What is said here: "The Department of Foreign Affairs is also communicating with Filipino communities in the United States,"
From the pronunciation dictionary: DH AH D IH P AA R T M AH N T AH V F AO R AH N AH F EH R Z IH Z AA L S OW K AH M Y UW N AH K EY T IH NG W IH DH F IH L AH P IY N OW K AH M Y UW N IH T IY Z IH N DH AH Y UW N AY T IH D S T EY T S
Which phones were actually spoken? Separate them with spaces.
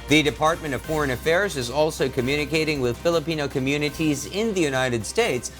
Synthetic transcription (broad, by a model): DH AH D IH P AA R T M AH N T AH V F AO R AH N AH F EH R Z IH Z AA L S OW K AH M Y UW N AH K EY T IH NG W IH DH F IH L AH P IY N OW K AH M Y UW N IH T IY Z IH N DH AH Y UW N AY T IH D S T EY T S